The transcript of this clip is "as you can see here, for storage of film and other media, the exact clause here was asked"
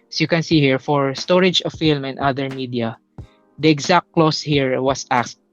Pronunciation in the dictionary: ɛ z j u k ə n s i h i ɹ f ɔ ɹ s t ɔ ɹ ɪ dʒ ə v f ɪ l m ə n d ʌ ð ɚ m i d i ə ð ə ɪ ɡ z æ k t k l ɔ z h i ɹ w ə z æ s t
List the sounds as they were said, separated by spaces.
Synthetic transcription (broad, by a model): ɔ j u k ə n s i h i ɹ f ɔ ɹ s t ɔ ɹ ɪ dʒ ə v f ɪ l m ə n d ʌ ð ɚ m i d i ə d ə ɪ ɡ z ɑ k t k l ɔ s h i ɹ w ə s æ s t